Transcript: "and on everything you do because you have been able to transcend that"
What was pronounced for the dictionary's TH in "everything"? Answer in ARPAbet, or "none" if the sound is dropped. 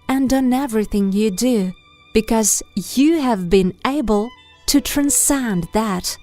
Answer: TH